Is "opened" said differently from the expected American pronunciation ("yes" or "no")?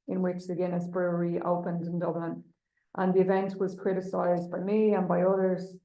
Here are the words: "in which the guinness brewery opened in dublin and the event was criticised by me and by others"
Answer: no